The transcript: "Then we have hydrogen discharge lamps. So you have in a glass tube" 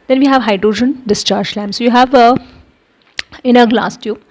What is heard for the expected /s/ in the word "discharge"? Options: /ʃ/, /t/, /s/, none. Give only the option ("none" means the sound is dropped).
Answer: /s/